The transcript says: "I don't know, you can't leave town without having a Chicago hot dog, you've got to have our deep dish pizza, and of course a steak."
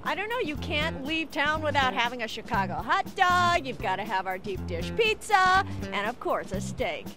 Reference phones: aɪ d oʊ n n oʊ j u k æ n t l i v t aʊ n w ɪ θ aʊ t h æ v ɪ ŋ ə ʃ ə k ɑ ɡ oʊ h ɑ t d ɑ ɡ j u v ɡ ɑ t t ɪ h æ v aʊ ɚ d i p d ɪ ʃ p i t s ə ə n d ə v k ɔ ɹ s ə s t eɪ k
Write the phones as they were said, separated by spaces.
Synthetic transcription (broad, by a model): aɪ d oʊ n n oʊ j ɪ k æ n t l i v t aʊ n w ɪ θ aʊ t h æ v ɪ ŋ ə ʃ ə k ɑ ɡ oʊ h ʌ t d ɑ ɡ j u v ɡ ɑ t t ɪ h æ v aʊ ɚ d i p d ɪ ʃ p i t s ə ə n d ə v k ɔ ɹ s ə s t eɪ k